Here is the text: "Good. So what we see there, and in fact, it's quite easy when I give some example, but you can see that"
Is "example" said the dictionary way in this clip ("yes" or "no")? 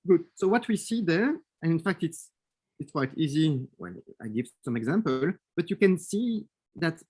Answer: yes